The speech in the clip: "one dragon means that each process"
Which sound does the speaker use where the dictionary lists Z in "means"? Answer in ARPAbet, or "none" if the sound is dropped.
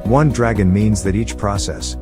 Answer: Z